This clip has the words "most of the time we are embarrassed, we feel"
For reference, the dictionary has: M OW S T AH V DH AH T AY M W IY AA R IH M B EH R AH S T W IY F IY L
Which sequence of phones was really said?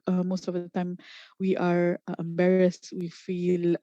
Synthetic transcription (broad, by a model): M OW S T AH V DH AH T AY M W IY AA R IH M B EH R AH S T W IY F IY L